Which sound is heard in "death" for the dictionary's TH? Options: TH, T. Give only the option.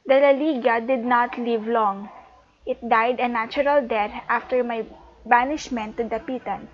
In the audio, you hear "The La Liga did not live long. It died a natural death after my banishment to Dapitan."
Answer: T